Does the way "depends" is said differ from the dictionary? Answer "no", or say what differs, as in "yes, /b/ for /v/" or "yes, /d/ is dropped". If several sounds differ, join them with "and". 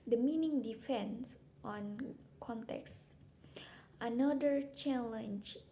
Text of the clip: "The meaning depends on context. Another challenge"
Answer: yes, /f/ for /p/